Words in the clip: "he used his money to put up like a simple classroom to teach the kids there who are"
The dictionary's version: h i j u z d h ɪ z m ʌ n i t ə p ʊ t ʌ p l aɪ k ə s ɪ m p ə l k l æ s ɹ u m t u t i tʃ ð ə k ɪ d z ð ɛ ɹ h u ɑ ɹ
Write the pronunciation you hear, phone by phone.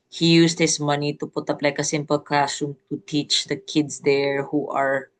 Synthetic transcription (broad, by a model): h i j u s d h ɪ s m ʌ n i t ə p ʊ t ʌ p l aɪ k ə s ɪ m p ə l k ɑ s u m t u t i tʃ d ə k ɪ d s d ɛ ɹ h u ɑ ɹ